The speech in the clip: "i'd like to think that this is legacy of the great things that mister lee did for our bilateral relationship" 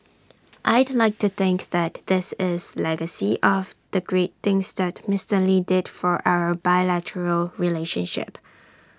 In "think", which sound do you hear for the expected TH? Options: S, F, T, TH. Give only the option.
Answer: TH